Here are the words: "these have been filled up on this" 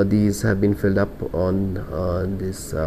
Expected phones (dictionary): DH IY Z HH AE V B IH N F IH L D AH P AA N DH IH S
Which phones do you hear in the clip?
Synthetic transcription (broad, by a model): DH IY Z HH AE V B IH N F IH L D AH P AA N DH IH S